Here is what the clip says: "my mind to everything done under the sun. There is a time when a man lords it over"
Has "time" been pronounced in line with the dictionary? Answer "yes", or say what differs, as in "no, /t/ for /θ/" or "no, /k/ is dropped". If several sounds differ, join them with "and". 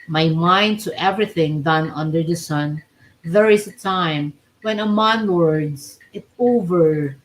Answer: yes